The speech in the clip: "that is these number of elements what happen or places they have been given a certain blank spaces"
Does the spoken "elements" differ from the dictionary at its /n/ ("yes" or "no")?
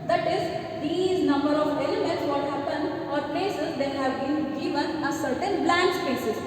no